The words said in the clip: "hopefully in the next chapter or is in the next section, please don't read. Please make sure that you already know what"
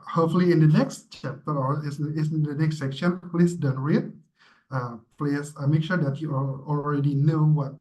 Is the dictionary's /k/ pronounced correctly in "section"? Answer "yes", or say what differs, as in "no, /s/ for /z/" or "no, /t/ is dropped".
yes